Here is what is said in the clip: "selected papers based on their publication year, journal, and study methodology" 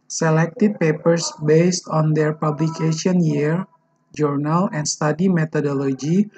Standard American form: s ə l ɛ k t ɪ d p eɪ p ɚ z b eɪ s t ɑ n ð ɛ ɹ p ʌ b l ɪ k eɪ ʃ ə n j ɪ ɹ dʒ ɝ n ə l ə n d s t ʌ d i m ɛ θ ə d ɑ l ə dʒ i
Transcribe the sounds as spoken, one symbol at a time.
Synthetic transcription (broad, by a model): s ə l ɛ k t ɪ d p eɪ p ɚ s b eɪ s t ɑ n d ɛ ɹ p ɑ b l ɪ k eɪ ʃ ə n j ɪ ɹ dʒ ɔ n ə l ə n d s t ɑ d i m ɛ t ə d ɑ l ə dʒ i